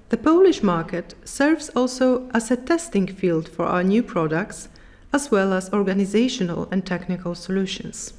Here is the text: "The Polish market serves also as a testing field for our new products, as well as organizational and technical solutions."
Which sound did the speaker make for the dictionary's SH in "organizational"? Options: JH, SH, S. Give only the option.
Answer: SH